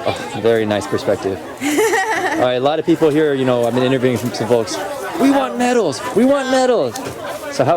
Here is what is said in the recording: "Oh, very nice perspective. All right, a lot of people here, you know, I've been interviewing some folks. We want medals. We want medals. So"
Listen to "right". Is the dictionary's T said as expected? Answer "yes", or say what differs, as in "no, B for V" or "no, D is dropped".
no, T is dropped